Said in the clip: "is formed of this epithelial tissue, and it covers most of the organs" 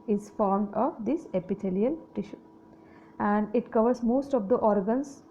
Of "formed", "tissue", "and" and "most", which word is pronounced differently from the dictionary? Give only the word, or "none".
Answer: none